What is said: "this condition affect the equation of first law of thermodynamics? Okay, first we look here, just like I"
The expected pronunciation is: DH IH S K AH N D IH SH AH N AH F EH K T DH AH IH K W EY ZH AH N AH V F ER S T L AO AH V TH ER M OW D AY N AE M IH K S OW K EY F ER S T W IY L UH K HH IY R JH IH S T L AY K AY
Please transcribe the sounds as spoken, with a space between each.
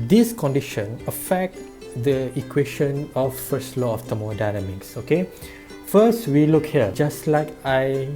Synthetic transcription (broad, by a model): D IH S K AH N D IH SH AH N AH F EH K T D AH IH K W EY SH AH N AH F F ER S T L AO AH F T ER M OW D AY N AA M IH K S OW K EY F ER S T W IY L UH K HH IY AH JH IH S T L AY K AY